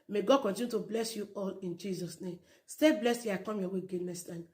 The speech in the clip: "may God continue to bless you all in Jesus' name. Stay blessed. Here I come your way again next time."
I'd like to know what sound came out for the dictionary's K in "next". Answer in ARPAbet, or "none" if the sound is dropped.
none